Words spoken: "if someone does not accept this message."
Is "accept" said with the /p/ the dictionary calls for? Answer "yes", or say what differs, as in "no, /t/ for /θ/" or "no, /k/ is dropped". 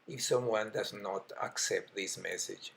yes